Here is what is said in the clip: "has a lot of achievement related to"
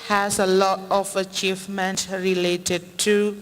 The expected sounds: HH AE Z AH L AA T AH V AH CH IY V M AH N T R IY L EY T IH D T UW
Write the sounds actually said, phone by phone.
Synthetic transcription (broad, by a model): HH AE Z AH L AA T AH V AH CH IY V M AH N T R IY L EY T IH D T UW